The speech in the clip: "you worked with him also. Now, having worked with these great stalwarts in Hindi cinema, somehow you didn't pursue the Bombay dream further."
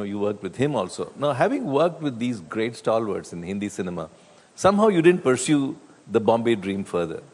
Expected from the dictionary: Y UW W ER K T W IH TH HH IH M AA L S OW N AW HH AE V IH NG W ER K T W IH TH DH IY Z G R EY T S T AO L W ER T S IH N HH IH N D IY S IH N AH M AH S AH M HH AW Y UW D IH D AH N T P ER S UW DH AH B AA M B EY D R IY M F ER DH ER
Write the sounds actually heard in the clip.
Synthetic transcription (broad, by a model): Y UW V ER K T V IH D HH IH M AA L S OW N AW HH AE V IH NG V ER K T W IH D IY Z G R EY T S T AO L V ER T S IH N HH IH N D IY S IH N AH M AH S AH M HH AW Y UW D IH D AH N T P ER S UW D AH B AA M B EY D R IY M F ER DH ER